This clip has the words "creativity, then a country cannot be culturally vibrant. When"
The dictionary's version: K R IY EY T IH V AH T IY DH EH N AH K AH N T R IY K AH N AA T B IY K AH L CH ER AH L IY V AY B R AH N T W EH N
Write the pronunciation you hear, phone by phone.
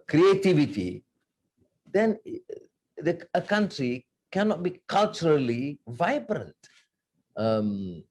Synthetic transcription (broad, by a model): K R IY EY T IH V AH T IY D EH N AH K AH N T R IY K AH N AA T B IY K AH L CH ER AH L IY V AY B R AH N T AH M